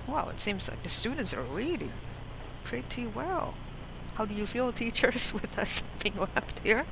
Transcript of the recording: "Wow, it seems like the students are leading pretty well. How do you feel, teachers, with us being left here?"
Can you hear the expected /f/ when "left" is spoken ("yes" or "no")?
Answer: no